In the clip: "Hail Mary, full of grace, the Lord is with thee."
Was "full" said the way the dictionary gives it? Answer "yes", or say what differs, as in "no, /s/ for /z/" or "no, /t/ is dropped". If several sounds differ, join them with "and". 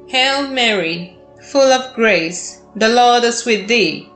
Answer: yes